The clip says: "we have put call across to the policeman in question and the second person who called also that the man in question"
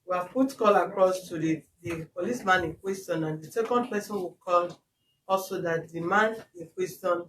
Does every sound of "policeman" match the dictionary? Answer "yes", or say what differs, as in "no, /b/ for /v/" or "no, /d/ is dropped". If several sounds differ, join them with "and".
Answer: yes